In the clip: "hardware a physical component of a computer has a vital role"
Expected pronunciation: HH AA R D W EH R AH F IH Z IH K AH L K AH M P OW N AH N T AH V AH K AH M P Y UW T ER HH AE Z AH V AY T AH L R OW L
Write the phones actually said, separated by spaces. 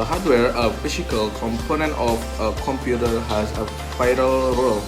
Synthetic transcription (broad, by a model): HH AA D W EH R AH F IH S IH K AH L K AH M P OW N AH N T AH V AH K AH M P Y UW T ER HH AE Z AH F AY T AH L R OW L